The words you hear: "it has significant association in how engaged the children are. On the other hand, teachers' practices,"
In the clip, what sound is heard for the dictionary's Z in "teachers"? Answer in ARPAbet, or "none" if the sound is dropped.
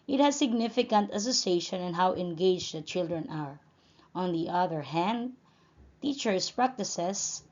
S